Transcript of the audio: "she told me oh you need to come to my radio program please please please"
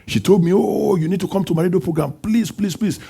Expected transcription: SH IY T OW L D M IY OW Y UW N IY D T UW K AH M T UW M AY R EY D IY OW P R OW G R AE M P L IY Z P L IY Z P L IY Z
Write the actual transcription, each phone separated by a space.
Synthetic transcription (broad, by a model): SH IY T OW L D M IY OW Y UW N IY D T UW K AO M T UW M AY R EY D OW P R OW G R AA M P L IY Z P L IY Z P L IY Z